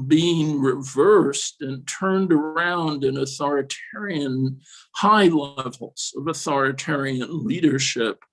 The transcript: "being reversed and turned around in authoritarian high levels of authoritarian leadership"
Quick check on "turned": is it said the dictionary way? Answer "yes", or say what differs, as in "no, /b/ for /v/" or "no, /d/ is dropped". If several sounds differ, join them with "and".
yes